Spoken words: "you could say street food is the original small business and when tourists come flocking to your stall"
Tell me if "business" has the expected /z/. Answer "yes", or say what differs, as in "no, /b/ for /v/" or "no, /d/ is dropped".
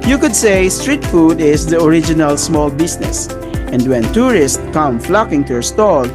no, /s/ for /z/